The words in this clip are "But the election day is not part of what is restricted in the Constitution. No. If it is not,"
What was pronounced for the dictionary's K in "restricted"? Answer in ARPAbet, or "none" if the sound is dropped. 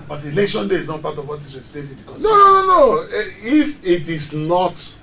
none